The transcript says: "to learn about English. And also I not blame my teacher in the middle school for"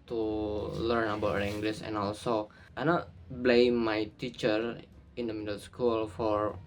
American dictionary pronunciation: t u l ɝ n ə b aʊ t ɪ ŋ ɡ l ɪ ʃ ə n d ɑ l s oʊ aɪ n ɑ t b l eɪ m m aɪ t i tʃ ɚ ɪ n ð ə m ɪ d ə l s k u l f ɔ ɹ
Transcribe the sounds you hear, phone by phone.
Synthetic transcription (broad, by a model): t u l ɝ n ə b aʊ t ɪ ŋ ɡ l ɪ s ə n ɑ l s oʊ aɪ n ɑ t b l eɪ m m aɪ t i tʃ ɚ ɪ n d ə m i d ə l s k u l f ɔ ɹ